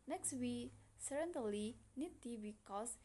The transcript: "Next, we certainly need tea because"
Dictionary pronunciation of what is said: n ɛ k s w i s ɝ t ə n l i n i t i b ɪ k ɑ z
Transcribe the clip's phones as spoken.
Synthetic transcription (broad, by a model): n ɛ k s w i s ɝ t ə l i n i t i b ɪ k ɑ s